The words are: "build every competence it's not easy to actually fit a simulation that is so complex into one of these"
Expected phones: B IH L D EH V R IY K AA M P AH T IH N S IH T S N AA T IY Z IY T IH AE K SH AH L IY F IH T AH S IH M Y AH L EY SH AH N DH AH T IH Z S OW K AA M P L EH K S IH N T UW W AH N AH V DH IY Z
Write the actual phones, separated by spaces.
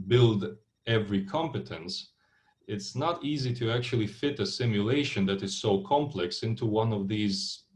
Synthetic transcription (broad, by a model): B IH L D EH V R IY K AA M P AH T IH N S IH T S N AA T IY Z IY T IH AE K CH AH L IY F IH T AH S IH M Y AH L EY SH AH N DH AH T IH Z S OW K AA M P L EH K S IH N T UW W AH N AH V DH IY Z